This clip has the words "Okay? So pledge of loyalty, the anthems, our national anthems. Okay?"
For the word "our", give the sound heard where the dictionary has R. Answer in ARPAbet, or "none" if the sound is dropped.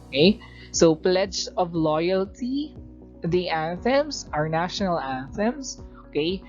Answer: R